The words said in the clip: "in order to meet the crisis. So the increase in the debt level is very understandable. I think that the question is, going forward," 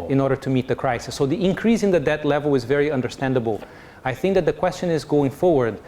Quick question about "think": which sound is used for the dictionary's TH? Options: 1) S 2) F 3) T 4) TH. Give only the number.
4